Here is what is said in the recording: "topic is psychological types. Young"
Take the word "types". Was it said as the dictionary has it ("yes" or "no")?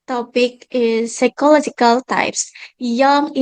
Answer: yes